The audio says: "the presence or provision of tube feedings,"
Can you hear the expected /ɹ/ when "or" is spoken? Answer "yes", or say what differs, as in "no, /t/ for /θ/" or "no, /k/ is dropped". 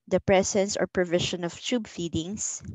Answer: yes